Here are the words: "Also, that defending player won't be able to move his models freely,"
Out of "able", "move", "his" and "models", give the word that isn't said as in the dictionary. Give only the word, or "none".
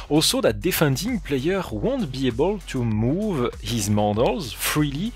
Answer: none